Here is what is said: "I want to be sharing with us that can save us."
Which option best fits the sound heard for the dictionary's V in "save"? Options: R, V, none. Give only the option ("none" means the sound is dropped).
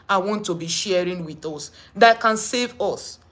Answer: V